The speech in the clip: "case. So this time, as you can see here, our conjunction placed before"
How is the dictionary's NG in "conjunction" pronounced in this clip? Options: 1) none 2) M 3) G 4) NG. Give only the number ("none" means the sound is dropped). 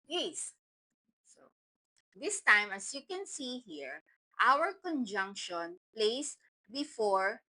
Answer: 4